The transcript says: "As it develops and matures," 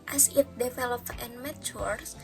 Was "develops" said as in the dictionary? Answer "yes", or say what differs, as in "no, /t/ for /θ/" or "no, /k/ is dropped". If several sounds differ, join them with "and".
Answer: no, /s/ is dropped